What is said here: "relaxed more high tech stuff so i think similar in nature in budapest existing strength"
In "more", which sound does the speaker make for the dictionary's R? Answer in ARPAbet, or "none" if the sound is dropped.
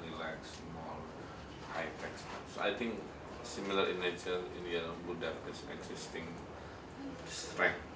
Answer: L